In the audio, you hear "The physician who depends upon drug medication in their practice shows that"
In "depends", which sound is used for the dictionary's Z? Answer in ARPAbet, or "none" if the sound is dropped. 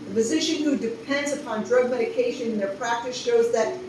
Z